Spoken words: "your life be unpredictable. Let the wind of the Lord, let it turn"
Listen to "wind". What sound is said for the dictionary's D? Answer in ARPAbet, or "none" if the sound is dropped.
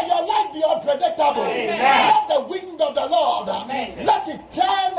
D